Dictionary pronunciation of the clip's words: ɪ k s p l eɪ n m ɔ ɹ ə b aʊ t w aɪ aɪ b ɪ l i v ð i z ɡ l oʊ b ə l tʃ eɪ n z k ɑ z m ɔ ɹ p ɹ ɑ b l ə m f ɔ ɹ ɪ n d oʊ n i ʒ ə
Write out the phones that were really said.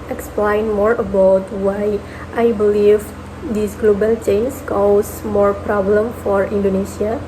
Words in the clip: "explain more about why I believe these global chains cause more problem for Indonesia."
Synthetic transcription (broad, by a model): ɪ k s p l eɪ n m ɔ ɹ ə b aʊ t w aɪ aɪ b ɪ l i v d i s ɡ l oʊ b ə l tʃ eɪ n s k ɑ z m ɔ ɹ p ɹ ɑ b l ə m f ɔ ɹ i n d oʊ n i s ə